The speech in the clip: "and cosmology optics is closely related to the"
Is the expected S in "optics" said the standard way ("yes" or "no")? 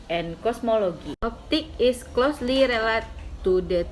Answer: no